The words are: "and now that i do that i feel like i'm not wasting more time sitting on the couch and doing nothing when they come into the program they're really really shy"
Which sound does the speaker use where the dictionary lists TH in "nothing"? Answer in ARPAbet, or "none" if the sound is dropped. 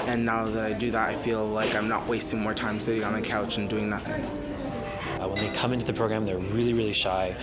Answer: TH